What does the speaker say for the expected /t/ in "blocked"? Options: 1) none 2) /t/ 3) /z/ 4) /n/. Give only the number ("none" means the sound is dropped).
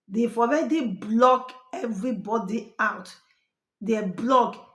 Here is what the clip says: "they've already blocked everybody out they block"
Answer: 1